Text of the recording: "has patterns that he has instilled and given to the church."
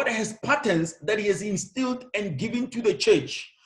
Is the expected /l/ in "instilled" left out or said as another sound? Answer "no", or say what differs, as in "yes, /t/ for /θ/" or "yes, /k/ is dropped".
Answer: no